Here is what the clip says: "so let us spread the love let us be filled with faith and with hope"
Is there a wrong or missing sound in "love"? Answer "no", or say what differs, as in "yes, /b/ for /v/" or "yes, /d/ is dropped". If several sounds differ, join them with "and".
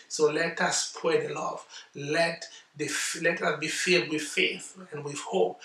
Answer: yes, /f/ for /v/